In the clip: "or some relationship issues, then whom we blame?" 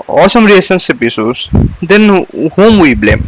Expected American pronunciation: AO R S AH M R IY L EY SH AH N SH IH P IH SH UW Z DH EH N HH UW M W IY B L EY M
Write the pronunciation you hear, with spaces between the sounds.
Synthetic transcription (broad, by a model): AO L S AH M R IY EY S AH N S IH P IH S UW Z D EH N HH UW M W IY B L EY M